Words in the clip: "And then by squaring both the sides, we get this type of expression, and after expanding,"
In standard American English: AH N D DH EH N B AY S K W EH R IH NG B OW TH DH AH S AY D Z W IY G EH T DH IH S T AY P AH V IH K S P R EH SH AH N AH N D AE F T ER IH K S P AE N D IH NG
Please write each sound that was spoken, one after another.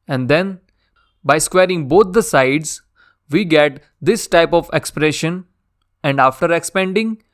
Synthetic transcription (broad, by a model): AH N D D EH N B AY S K W EH R IH NG B OW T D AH S AY D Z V IY G EH T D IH S T AY P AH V IH K S P R EH SH AH N AH N D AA F T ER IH K S P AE N D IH NG